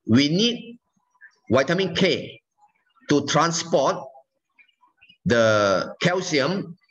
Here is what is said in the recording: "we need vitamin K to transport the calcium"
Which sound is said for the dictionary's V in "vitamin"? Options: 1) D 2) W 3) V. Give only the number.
2